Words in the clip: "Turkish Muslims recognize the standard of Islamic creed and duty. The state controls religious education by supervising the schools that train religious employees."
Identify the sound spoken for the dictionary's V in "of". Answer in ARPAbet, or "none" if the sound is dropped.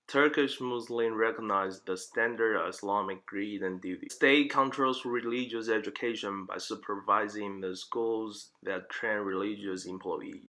V